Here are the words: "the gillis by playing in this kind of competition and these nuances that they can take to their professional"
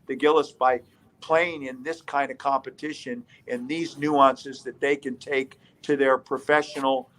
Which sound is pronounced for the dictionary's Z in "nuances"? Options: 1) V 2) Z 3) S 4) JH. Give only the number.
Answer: 2